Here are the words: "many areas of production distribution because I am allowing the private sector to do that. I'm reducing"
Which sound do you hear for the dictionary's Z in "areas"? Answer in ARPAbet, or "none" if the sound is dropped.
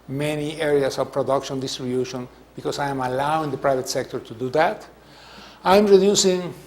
S